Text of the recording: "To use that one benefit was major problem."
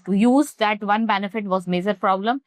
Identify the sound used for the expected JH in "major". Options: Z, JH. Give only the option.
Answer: JH